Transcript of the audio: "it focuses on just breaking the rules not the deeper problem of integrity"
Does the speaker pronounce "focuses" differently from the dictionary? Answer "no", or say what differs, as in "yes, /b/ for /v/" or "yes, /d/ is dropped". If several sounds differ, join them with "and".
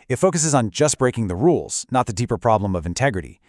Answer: no